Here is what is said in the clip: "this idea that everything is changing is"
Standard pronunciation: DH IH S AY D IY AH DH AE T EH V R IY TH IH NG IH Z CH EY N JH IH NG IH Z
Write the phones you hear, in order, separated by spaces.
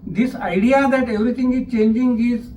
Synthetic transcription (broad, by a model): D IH S AY D IY AH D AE T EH V R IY T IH NG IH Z CH EY N JH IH NG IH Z